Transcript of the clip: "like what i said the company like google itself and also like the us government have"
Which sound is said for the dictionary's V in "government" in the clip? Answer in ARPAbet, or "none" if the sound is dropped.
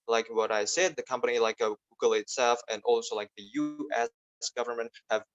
V